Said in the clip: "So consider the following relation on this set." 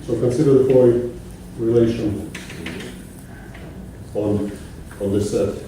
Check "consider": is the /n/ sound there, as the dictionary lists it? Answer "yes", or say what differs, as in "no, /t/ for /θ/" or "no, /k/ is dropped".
yes